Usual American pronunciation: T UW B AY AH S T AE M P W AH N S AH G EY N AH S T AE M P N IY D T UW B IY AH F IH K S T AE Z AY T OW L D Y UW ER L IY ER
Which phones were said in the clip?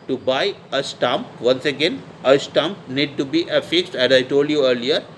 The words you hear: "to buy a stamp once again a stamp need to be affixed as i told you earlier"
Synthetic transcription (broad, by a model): T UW B AY AH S T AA M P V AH N S AH G EY N AH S T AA M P N IY D T UW B IY AH F IH K S T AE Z AY T OW L D Y UW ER L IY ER